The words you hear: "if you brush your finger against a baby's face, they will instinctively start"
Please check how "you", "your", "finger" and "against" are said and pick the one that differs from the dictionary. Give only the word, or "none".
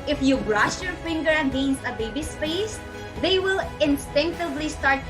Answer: against